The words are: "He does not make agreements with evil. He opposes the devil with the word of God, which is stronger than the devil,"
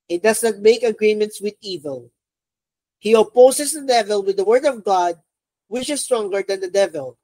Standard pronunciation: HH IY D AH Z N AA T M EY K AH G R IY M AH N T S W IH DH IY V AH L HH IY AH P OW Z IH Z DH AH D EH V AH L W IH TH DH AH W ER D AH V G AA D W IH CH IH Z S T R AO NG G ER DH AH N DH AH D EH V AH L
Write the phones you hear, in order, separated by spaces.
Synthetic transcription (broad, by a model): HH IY D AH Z N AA T M EY K AH G R IY M AH N T S W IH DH IY V AH L HH IY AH P OW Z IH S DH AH D EH V AH L W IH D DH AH W ER D AH V G AA D W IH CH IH S T R AO NG G ER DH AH N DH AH D EH V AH L